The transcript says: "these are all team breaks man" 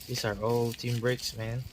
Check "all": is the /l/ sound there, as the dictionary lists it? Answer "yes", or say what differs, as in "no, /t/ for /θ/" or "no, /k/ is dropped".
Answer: yes